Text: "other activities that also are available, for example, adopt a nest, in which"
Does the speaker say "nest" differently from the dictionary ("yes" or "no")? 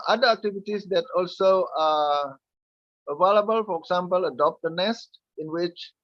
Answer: no